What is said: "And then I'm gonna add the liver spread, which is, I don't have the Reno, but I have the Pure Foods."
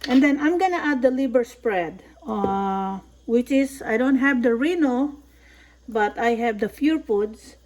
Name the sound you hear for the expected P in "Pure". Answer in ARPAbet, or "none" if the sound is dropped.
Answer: F